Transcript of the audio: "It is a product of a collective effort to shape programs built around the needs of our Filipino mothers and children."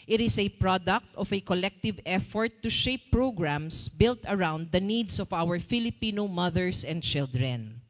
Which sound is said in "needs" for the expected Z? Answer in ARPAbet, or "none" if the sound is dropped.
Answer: S